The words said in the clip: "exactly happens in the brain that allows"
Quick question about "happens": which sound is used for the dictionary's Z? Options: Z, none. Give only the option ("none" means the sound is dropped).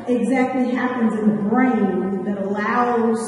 Z